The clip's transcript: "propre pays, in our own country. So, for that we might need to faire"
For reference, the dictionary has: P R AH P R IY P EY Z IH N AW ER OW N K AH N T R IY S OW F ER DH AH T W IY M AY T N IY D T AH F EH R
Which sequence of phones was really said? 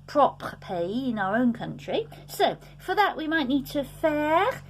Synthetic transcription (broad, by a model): P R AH P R P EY IH N AW ER OW N K AH N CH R IY S OW F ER DH AH T W IY M AY T N IY D T AH F EH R